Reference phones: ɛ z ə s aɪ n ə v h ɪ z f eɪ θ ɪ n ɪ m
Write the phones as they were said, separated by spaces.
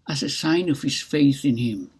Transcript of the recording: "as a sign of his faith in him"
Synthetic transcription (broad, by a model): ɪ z ə s aɪ n ə v h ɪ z f eɪ θ ɪ n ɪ m